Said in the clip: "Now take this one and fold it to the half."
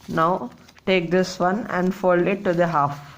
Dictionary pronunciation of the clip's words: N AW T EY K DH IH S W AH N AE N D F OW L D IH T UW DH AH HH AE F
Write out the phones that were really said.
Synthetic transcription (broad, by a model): N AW T EY K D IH S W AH N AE N D F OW L IH T UW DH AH HH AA F